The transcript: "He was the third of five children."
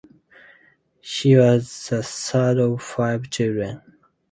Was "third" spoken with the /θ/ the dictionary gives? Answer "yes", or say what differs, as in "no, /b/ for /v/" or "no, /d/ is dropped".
no, /s/ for /θ/